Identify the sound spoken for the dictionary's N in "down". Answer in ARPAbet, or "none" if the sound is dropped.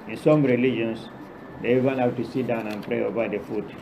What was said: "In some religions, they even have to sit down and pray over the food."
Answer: N